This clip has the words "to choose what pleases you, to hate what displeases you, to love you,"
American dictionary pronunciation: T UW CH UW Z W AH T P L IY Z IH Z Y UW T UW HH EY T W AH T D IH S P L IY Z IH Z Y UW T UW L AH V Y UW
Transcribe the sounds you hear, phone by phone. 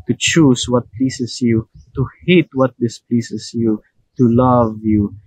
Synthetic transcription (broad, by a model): T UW CH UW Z W AH T P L IY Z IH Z Y UW T UW HH EY T W AH T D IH S P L IY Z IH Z Y UW T UW L AH V Y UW